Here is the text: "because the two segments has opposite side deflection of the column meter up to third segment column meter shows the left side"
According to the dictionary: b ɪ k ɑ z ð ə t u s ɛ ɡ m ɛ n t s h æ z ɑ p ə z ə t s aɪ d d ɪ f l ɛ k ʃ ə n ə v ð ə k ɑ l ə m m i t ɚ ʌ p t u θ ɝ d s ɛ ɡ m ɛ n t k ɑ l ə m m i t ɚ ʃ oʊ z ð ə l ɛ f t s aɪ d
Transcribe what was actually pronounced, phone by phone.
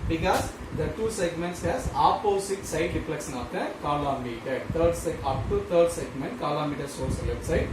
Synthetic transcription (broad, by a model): b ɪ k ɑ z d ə t u s ɛ ɡ m ɛ n t s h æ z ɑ p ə s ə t s aɪ d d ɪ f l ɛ k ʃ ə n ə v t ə k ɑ l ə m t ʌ t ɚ ʌ p t u t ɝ d s ɛ ɡ m ɛ n t k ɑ l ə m m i t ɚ s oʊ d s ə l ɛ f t s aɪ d